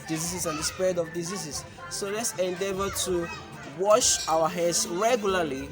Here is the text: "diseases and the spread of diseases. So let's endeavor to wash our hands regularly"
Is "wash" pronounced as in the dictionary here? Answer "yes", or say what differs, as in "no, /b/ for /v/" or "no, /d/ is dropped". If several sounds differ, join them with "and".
yes